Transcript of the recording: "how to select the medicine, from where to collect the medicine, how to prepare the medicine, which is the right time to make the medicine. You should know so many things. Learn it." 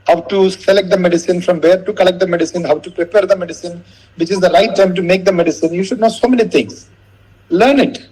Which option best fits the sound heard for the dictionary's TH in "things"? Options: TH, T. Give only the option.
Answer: T